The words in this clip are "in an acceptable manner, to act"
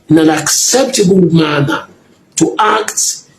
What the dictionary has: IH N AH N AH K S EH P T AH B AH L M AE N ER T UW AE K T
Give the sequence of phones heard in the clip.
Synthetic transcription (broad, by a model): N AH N AH K S EH P T AH B AH L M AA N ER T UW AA K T